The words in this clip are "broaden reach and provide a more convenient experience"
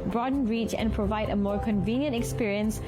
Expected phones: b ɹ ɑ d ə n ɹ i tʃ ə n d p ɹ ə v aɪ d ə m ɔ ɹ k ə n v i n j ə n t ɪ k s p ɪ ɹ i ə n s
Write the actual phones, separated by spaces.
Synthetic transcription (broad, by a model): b ɹ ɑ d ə n ɹ i tʃ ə n p ɹ ə v aɪ d ə m ɔ ɹ k ə n v i n j ə n t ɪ k s p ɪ ɹ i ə n s